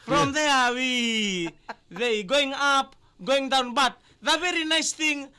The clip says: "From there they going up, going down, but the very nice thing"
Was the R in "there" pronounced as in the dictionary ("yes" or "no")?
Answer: no